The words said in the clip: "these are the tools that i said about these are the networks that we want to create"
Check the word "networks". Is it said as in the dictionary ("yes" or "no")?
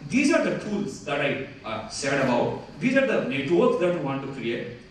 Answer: no